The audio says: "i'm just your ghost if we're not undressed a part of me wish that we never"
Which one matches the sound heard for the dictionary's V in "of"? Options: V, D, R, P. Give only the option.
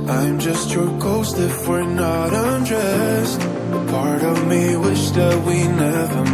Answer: V